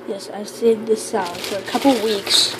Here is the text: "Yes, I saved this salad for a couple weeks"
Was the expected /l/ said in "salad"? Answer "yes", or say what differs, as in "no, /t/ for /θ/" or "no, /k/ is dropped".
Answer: no, /l/ is dropped